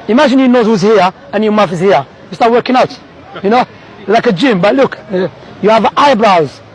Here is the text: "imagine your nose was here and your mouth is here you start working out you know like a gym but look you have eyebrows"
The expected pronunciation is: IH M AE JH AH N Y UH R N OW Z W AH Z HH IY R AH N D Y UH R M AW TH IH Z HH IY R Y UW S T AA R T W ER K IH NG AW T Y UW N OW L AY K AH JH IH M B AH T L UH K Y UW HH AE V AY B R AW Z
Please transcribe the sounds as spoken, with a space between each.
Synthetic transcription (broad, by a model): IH M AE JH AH N Y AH N OW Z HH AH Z HH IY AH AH N Y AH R M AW F IH Z HH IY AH Y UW S T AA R T W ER K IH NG AW T Y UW N OW L AY K AH JH IH M B AH T L UH K Y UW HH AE V AY B R AW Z